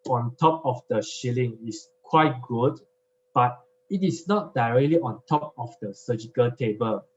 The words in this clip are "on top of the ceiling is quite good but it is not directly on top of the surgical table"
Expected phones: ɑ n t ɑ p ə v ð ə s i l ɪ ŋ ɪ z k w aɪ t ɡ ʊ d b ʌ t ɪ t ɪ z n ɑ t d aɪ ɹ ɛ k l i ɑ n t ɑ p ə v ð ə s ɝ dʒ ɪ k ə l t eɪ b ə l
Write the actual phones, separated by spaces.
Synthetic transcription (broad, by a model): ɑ n t ɑ p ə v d ə ʃ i l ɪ ŋ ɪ s k w aɪ t ɡ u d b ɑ t ɪ t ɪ s n ɑ t d aɪ ɹ ɛ k l i ɑ n t ɑ p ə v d ə s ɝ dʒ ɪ k ə l t eɪ b ə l